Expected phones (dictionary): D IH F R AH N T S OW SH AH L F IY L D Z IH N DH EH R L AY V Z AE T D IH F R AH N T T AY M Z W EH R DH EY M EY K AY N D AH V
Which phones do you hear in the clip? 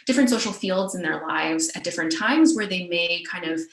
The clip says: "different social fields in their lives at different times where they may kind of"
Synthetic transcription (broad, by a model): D IH F R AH N T S OW SH L F IY L D Z IH N DH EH R L AY V Z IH T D IH F R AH N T T AY M Z W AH R DH EY M EY K AY N D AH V